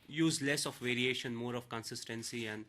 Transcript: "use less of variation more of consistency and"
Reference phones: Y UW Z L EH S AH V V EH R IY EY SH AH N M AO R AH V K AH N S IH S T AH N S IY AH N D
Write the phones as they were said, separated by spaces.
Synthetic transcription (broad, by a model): Y UW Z L EH S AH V V EH R IY EY SH AH N M AO R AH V K AH N S IH S T AH N S IY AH N D